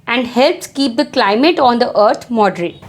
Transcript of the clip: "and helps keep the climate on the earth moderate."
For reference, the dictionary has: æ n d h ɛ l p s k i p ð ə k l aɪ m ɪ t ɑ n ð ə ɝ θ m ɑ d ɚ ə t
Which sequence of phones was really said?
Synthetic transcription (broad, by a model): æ n d h ɛ l p s k i p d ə k l aɪ m ɪ t ɑ n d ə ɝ t m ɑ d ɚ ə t